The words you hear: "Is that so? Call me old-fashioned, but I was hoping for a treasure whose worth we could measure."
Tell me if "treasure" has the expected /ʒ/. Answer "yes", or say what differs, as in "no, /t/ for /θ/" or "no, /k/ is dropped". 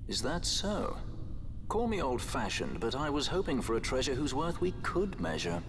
yes